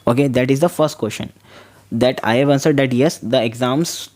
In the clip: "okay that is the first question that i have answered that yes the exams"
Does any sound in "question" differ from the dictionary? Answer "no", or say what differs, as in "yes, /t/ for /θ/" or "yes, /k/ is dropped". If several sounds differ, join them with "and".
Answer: yes, /ʃ/ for /tʃ/